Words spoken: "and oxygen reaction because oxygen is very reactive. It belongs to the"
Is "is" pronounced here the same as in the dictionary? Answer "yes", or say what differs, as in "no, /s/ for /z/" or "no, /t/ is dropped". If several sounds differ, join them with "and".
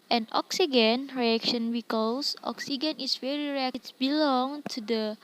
no, /s/ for /z/